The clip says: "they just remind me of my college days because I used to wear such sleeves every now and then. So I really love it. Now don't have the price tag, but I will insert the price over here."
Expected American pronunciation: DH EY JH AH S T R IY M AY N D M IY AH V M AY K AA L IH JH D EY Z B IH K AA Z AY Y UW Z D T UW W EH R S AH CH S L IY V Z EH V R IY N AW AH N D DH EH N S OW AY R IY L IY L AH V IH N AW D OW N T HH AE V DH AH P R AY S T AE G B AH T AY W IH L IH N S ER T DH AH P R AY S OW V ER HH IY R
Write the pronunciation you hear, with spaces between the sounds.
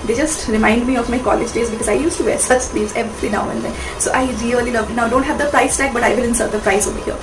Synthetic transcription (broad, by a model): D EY JH AH S T R IY M AY N D M IY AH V M AY K AA L IH JH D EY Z B IH K AA Z AY Y UW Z T UW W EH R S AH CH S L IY Z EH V L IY N AW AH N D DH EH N S OW AY R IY L IY L AH V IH N AW D OW N T HH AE V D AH P R AY S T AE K B AH T AY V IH L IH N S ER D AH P R AY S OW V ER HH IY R